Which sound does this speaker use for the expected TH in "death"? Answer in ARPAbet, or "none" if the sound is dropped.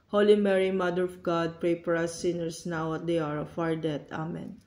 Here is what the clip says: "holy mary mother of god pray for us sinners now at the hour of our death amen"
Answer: T